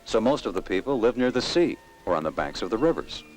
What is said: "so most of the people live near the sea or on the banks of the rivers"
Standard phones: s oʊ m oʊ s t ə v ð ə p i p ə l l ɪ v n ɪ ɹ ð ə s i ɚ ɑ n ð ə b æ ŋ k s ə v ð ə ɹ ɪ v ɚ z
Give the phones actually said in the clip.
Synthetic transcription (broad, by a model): s oʊ m oʊ s t ə v ð ə p i p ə l l ɪ v n ɪ ɹ ð ə s i ɚ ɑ n ð ə b æ ŋ k s ə v ð ə ɹ ɪ v ɚ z